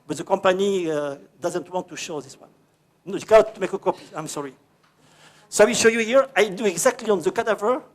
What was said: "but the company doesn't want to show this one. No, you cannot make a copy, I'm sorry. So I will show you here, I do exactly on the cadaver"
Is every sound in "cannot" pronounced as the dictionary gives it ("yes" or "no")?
no